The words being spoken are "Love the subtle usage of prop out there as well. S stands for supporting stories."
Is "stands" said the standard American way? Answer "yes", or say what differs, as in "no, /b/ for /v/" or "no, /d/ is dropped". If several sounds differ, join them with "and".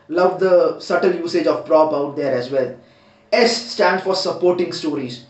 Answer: no, /z/ is dropped